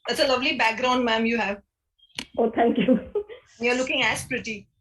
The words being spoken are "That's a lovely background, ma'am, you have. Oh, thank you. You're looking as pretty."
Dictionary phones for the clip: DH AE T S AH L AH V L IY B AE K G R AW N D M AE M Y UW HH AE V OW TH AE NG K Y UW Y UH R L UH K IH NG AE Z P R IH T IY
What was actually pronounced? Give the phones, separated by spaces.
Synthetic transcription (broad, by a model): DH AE T S AH L AH V L IY B AE K G R AW N D M AE M Y UW HH AE V OW T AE NG K Y UW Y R L UH K IH NG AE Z P R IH T IY